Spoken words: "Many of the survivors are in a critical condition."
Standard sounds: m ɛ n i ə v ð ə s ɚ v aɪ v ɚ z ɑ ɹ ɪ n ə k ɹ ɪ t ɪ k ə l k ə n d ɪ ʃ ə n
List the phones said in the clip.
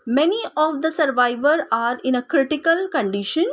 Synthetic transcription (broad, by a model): m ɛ n i ə v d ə s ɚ v aɪ v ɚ ɑ ɹ ɪ n ə k ɹ ɪ t ɪ k ə l k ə n d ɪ ʃ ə n